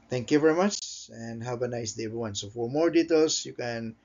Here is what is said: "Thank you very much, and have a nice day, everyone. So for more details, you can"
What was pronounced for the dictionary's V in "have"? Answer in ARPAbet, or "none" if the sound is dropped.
B